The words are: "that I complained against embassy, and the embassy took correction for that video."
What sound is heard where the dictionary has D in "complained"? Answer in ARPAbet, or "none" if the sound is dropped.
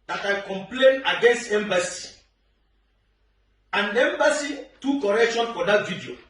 none